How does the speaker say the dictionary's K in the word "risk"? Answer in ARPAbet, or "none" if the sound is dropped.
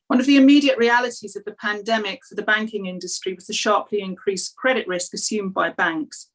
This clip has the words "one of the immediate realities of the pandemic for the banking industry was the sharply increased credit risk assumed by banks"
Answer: K